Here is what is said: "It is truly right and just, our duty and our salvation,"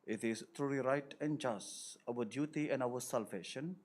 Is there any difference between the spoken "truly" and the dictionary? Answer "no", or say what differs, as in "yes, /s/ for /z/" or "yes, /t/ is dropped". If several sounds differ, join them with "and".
yes, /l/ is dropped